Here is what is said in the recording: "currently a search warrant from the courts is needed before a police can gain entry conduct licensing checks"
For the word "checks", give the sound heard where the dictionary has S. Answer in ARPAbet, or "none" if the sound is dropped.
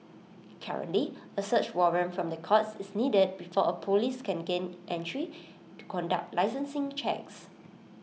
S